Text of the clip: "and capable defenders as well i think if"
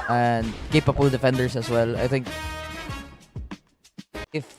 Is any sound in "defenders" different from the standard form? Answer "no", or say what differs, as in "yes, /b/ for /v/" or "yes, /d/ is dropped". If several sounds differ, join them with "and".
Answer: yes, /s/ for /z/